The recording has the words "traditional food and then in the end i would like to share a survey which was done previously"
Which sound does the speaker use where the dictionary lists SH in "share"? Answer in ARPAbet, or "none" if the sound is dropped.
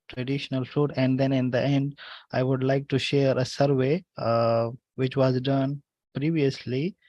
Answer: SH